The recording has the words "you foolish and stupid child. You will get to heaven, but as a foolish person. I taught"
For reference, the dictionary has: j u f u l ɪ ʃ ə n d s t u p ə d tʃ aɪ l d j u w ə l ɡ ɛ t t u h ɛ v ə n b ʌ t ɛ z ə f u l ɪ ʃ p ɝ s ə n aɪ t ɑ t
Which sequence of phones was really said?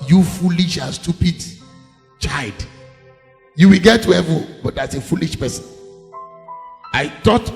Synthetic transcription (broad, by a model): j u f u l ɪ ʃ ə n s t u p ə d tʃ aɪ d j u w ə l ɡ ɛ t t u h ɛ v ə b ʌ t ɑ s ə f u l ɪ ʃ p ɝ s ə n aɪ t ɑ t